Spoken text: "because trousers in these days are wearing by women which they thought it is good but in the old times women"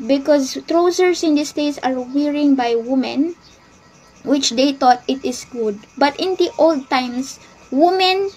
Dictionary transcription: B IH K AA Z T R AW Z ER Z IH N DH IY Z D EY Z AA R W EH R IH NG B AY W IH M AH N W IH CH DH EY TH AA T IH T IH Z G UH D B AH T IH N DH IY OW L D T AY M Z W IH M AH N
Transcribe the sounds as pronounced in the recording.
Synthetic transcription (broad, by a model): B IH K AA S T R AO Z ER S IH N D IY S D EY S AA R W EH R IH NG B AY W IH M AH N W IH CH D EY T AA T IH T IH S G UH D B AH T IH N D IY OW L D T AY M S W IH M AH N